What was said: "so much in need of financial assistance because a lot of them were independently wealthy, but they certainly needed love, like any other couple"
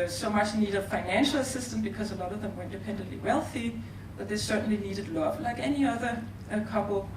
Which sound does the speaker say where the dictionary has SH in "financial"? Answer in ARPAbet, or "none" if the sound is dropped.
SH